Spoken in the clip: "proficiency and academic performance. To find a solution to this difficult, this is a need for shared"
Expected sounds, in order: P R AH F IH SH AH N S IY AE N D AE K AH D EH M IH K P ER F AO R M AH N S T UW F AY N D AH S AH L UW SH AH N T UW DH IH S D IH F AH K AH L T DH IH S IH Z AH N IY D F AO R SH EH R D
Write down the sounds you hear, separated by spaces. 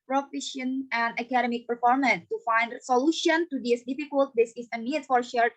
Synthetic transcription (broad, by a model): P R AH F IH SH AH N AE N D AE K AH D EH M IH K P ER F AO R M AH N S T UW F AY N D S AH L UW SH AH N T UW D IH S D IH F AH K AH L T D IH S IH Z AH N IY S F AO R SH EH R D